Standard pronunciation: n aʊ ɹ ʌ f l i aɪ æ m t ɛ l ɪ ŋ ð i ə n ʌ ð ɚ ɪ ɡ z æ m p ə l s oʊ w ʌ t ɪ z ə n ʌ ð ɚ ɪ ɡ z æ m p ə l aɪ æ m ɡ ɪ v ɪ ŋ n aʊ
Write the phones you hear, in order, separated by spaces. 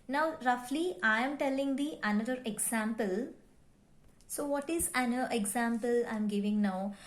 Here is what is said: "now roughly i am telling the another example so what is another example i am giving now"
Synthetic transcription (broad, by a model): n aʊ ɹ ʌ f l i aɪ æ m t ɛ l ɪ ŋ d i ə n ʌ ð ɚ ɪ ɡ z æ m p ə l s oʊ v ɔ t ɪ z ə n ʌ ɚ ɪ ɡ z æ m p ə l aɪ m ɡ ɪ v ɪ ŋ n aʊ